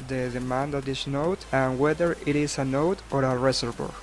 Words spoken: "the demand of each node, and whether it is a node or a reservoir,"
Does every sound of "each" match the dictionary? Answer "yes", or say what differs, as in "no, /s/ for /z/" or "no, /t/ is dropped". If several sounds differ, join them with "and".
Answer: no, /s/ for /tʃ/